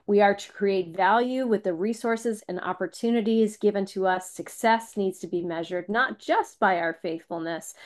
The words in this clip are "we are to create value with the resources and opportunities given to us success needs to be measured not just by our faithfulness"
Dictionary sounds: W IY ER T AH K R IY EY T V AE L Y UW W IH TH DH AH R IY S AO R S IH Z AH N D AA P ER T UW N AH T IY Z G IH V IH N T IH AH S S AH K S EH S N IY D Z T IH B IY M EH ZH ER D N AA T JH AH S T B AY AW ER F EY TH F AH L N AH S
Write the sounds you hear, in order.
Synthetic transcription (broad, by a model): W IY ER T AH K R IY EY T V AE L Y UW W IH DH AH R IY S AO R S IH Z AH N AA P ER T UW N AH T IY Z G IH V IH N T IH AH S S AH K S EH S N IY D Z T IH B IY M EH ZH ER D N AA T JH AH S T B AY AW ER F EY TH F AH L N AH S